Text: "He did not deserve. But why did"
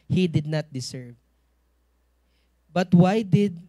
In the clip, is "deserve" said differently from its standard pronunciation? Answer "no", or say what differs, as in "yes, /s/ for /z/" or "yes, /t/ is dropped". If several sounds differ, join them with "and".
yes, /s/ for /z/